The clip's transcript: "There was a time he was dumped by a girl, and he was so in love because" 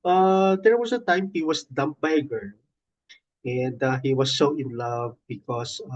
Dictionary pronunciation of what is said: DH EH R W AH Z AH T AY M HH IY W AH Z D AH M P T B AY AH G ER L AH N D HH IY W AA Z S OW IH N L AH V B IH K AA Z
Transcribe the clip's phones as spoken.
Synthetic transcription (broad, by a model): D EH R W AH S AH T AY M HH IY W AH S D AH M P B AY AH G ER N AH N D HH IY W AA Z S OW IH N L AH V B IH K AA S